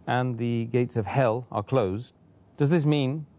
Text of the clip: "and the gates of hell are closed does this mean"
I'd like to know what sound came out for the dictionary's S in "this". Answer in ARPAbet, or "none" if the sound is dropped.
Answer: S